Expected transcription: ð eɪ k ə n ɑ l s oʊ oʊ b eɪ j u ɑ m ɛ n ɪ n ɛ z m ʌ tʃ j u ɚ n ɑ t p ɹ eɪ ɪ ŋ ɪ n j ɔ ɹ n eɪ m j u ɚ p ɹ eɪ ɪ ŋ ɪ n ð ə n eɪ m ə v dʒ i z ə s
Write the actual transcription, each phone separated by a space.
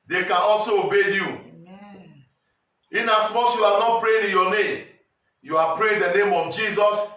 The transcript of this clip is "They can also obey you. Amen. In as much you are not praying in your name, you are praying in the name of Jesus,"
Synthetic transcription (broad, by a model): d eɪ k ə n ɑ l s oʊ oʊ b eɪ j u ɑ n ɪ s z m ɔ s j u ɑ n ɑ t p ɹ eɪ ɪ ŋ ɪ n j ɔ n eɪ m j u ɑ p ɹ eɪ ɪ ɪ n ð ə n eɪ m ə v dʒ i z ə s